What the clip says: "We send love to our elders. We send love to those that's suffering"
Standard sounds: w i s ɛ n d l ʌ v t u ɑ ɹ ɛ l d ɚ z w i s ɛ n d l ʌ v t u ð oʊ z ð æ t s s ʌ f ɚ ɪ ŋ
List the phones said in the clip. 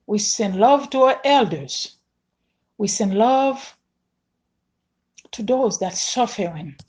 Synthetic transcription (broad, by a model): w i s ɛ n d l ʌ v t u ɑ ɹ ɛ l d ɚ z w i s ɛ n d l ʌ v t u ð oʊ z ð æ t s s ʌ f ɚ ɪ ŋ